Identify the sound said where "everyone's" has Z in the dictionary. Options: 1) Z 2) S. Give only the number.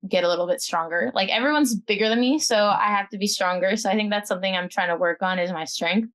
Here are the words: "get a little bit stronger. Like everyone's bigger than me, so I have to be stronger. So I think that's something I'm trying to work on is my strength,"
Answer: 1